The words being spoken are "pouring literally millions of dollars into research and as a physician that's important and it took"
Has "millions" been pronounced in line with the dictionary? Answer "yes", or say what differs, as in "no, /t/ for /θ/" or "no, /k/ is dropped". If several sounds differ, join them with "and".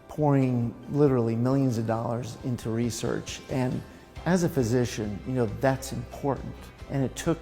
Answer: yes